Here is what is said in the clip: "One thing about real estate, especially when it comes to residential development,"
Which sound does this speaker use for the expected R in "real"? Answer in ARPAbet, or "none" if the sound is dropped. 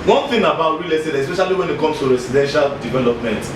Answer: W